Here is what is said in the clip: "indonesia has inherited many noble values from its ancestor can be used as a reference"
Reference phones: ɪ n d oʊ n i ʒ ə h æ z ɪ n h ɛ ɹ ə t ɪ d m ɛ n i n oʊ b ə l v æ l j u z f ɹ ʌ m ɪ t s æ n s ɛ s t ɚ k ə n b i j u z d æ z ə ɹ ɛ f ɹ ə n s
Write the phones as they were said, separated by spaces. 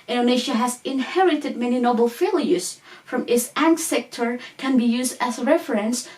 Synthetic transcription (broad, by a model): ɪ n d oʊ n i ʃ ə h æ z ɪ n h ɛ ɹ ə t ɪ d m ɛ n i n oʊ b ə l f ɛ l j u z f ɹ ʌ m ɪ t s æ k s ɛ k t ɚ k ə n b i j u z d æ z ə ɹ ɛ f ɹ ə n s